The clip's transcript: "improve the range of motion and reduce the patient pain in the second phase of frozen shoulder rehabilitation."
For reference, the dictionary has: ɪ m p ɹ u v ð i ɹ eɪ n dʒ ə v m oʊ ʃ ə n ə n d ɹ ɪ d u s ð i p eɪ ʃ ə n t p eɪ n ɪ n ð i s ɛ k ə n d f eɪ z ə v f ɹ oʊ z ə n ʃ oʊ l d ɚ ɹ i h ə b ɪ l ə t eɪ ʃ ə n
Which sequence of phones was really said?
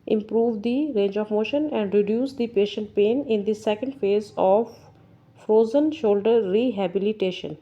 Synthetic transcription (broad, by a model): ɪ m p ɹ u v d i ɹ eɪ n dʒ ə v m oʊ ʃ ə n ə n d ɹ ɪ d u s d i p eɪ ʃ ə n t p eɪ n ɪ n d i s ɛ k ə n d f eɪ z ə v f ɹ oʊ z ə n ʃ oʊ l d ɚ ɹ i h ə b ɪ l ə t eɪ ʃ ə n